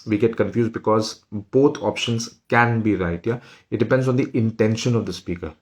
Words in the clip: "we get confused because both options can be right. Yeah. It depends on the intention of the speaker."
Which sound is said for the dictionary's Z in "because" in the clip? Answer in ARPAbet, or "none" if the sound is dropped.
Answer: Z